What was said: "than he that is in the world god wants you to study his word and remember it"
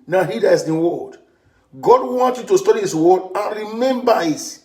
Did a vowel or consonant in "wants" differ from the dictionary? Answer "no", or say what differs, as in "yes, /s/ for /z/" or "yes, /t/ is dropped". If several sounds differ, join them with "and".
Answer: yes, /s/ is dropped